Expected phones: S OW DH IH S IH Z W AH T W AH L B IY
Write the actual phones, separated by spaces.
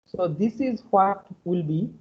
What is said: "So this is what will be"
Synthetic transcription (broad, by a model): S OW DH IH S IH Z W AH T W AH L B IY